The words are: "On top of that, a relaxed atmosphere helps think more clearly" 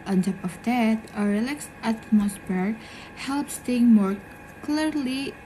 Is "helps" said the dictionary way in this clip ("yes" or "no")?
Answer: yes